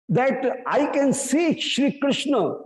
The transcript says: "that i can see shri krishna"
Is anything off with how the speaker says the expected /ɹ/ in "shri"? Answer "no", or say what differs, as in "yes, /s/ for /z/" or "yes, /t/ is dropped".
no